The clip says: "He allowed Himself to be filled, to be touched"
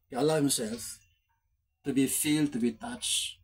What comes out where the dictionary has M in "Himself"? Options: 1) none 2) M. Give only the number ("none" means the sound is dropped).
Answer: 1